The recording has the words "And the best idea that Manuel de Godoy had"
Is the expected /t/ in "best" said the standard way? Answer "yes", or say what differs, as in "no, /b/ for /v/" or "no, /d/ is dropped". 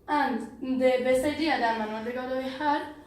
no, /t/ is dropped